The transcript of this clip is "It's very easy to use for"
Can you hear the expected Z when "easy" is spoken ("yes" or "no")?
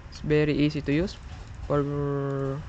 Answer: no